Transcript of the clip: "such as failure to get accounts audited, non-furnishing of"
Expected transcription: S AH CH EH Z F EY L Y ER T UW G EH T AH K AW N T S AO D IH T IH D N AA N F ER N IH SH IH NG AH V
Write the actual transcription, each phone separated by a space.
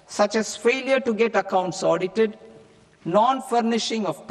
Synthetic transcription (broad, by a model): S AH CH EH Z F EY L Y ER T UW G EH T AH K AW N T S AO D IH T IH D N AA N F ER N IH SH IH NG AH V